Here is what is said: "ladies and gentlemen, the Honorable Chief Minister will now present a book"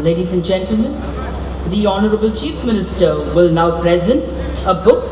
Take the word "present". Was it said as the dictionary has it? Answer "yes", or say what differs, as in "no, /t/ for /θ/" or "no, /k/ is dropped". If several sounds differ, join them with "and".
yes